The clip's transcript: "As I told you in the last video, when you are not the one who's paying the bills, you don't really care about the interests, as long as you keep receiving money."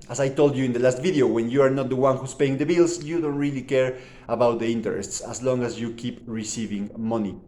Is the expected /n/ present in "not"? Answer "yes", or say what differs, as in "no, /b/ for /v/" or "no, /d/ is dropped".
yes